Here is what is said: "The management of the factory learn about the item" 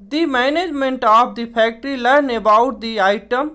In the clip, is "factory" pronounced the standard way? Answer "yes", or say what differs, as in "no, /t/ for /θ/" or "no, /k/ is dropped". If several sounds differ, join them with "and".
no, /p/ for /f/